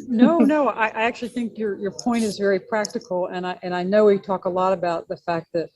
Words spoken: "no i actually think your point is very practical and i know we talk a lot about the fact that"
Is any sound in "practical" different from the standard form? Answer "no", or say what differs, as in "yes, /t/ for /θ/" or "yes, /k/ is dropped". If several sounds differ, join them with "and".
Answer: yes, /n/ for /l/